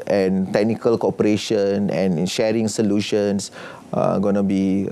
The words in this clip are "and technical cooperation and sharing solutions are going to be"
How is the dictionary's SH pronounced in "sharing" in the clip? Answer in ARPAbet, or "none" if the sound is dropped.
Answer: SH